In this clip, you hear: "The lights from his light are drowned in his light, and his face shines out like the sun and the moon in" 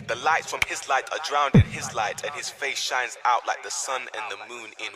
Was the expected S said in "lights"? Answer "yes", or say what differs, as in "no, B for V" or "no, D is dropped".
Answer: no, S is dropped